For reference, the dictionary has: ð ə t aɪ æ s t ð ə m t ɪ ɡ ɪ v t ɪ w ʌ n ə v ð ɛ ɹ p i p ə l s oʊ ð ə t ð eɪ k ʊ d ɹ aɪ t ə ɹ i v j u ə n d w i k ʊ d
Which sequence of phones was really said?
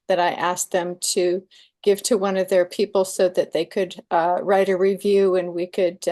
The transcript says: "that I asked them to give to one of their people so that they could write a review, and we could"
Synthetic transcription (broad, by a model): ð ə t aɪ æ s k ð ə m t ɪ ɡ ɪ v t ɪ w ʌ n ə v ð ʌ ɹ p i p l s oʊ ð ə t ð eɪ k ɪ d ɹ aɪ t ə ɹ i v j u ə n w i k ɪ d